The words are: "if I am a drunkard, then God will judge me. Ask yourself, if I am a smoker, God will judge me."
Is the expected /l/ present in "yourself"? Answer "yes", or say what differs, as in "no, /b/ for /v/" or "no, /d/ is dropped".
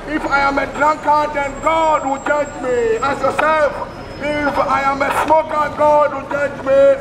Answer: no, /l/ is dropped